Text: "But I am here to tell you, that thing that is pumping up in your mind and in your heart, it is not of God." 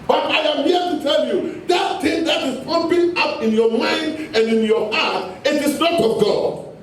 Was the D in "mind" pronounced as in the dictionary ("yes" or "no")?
yes